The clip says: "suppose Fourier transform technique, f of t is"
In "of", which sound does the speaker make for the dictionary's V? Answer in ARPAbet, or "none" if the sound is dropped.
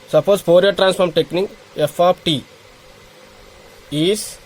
P